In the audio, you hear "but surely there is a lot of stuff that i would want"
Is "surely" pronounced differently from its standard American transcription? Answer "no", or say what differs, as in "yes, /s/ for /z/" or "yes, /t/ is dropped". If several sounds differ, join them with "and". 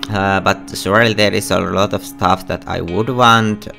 yes, /s/ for /ʃ/